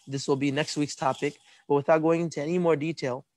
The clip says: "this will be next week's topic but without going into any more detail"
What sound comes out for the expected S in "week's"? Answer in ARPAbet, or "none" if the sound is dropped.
S